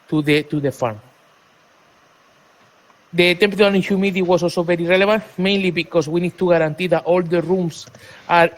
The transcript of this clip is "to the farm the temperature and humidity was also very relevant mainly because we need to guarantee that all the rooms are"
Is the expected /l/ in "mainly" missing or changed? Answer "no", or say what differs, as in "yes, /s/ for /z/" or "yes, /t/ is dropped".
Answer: no